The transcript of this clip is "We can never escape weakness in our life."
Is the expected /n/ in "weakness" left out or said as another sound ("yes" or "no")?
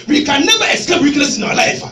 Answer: yes